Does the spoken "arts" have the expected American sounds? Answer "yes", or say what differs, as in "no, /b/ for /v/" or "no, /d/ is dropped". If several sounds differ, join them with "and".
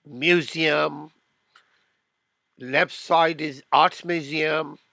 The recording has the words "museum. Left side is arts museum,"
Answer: no, /s/ is dropped